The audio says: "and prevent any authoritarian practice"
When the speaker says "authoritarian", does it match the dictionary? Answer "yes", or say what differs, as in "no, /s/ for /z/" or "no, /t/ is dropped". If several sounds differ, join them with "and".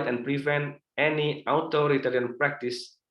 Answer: no, /t/ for /θ/